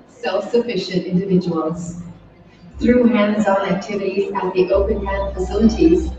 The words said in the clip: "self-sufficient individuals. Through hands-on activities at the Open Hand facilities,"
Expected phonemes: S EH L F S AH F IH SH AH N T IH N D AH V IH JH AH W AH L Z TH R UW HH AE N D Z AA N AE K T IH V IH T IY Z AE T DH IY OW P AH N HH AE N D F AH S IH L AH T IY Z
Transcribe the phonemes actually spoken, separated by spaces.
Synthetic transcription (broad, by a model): S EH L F S AH F IH SH AH N T IH N D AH V IH JH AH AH L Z TH R UW HH AE N D Z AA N AE K T IH V IH T IY Z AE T DH IY OW P AH N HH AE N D F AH S IH L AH T IY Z